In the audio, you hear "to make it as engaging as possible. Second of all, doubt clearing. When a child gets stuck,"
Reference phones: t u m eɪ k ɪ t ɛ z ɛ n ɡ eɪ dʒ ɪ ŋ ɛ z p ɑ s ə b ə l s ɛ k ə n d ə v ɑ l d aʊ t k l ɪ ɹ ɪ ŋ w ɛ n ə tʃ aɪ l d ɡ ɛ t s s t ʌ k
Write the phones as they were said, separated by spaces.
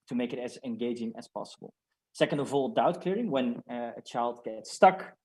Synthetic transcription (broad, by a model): t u m eɪ k ɪ t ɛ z ɛ n ɡ eɪ dʒ ɪ ŋ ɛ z p ɑ s ə b ə l s ɛ k ə n d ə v ɑ l d aʊ t k l ɪ ɹ ɪ ŋ w ɛ n ə tʃ aɪ l d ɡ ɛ t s s t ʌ k